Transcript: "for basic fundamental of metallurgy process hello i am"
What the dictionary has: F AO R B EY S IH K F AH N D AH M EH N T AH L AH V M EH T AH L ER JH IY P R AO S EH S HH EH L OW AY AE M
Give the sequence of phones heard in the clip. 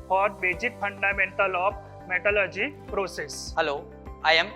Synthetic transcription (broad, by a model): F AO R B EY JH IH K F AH N D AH M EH N T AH L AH P M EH T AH L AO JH IY P R AO S EH S HH EH L OW AY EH M